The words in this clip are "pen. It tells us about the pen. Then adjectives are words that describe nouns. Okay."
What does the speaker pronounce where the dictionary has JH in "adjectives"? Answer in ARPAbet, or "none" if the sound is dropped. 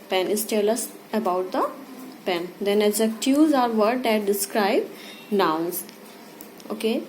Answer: Z